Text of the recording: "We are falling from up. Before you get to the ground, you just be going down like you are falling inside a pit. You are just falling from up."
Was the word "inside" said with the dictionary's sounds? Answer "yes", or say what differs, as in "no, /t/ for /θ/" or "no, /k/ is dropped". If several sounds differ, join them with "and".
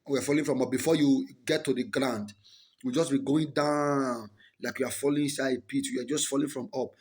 no, /d/ is dropped